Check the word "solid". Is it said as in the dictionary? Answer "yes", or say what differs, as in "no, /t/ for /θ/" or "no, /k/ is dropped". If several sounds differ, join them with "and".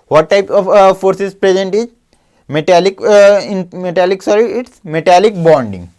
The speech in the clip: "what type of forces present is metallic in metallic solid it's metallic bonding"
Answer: no, /d/ is dropped